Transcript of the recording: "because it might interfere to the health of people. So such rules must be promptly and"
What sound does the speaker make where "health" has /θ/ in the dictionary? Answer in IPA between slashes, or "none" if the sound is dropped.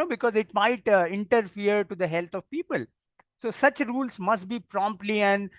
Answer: /t/